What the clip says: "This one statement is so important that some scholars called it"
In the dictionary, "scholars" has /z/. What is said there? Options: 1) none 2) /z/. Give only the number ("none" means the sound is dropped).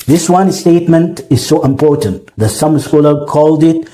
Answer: 1